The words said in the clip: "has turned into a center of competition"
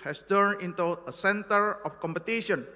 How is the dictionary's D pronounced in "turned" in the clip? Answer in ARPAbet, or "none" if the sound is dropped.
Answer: none